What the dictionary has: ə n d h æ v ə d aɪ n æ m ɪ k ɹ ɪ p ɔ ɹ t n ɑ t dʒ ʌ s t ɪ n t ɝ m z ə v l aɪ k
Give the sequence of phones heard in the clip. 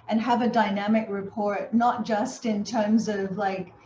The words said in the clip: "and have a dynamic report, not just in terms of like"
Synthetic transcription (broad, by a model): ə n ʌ v ə d aɪ n æ m ɪ k ɹ ɪ p ɔ ɹ t n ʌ t dʒ ʌ s t ɪ n t ɝ m z ə v l aɪ k